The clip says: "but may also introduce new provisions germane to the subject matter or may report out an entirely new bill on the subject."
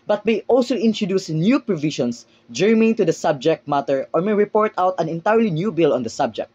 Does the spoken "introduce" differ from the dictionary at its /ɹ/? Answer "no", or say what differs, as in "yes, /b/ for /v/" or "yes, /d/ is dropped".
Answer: no